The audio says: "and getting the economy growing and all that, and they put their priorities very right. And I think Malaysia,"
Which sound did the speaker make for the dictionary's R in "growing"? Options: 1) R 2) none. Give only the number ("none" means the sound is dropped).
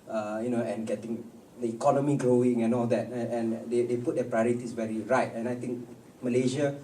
1